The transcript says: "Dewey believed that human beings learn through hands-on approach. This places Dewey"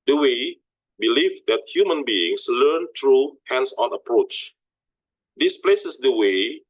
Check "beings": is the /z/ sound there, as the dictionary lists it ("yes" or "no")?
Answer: no